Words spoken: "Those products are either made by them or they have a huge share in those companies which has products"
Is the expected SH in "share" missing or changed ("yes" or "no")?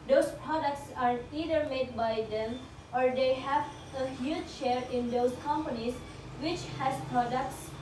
no